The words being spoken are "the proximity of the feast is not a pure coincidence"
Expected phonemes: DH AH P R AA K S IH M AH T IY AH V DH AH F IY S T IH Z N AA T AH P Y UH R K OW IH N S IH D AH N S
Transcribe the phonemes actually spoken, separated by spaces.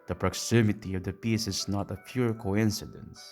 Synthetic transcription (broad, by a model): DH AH P R AA K S IH M AH T IY AH V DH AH P IY S IH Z N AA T AH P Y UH R K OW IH N S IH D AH N S